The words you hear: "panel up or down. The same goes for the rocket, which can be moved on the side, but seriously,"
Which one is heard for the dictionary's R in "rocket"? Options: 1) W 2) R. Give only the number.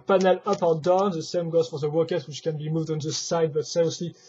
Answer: 1